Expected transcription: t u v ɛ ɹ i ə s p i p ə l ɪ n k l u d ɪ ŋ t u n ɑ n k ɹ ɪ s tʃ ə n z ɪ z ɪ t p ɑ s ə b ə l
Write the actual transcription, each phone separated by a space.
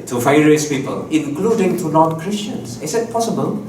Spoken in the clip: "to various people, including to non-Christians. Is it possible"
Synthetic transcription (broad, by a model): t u f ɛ ɹ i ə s p i p ə l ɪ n k l u d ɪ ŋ t u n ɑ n k ɹ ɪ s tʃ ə n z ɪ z ɪ t p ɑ s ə b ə l